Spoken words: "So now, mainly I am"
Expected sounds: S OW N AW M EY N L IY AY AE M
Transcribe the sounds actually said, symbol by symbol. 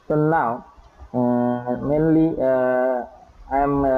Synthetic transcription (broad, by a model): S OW N AW M EY N L IY AY M